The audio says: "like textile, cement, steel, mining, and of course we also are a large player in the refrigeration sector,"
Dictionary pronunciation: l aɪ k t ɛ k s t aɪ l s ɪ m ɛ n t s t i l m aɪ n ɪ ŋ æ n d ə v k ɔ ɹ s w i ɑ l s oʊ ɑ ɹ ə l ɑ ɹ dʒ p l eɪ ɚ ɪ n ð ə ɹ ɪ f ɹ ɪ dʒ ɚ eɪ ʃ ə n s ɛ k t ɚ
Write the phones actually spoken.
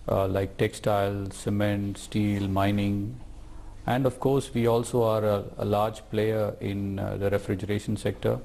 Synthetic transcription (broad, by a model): l aɪ k t ɛ k s t aɪ l s ɪ m ɛ n t s t i l m aɪ n ɪ ŋ æ n d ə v k ɔ ɹ s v i ɑ l s oʊ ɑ ɹ ə l ɑ ɹ dʒ p l eɪ ɚ ɪ n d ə ɹ ɪ f ɹ ɪ dʒ ɚ eɪ ʃ ə n s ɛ k t ɚ